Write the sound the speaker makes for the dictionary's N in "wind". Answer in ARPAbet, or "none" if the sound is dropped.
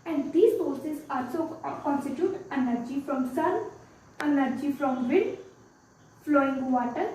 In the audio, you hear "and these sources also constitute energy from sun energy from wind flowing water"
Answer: none